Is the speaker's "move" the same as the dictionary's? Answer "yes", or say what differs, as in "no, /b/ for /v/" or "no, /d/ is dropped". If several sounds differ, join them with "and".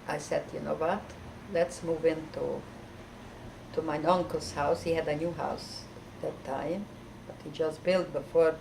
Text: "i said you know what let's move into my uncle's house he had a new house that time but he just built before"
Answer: yes